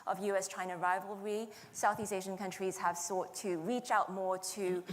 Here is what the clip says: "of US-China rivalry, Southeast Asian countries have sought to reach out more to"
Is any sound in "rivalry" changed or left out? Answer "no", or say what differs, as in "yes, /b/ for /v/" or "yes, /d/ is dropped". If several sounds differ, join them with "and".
no